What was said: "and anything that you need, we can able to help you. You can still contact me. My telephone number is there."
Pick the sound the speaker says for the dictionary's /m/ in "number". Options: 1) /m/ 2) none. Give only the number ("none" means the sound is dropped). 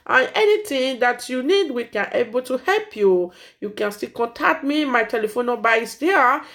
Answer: 2